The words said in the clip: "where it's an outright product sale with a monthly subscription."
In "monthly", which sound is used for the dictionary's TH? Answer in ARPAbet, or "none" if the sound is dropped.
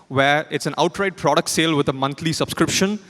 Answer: T